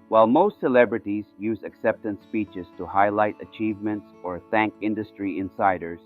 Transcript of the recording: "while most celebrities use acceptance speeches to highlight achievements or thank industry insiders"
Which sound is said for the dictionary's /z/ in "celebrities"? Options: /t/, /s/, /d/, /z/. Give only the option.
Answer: /z/